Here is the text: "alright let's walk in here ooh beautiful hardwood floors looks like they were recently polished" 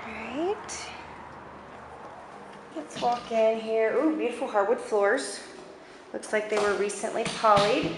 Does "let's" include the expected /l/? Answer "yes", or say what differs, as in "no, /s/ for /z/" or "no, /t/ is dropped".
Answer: yes